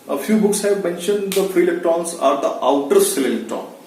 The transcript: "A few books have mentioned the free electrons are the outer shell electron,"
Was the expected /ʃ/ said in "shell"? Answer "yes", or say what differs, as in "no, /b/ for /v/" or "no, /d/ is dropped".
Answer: no, /s/ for /ʃ/